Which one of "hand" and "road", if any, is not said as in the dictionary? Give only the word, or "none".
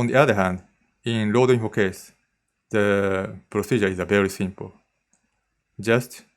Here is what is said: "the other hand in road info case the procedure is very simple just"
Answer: road